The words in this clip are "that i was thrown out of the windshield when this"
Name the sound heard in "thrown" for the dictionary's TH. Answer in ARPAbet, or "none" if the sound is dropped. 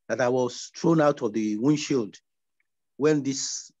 T